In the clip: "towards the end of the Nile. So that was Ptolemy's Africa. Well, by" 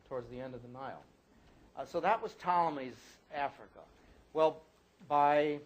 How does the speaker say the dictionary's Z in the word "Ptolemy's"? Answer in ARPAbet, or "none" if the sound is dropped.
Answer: Z